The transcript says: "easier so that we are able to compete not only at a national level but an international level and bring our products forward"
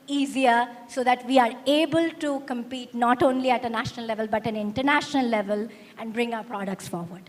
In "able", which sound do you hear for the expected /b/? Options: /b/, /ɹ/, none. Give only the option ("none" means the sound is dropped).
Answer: /b/